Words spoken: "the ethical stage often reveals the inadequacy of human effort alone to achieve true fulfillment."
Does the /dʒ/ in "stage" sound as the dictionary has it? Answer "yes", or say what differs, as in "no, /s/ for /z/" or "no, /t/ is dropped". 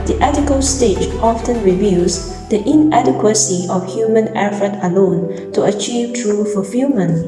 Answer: no, /tʃ/ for /dʒ/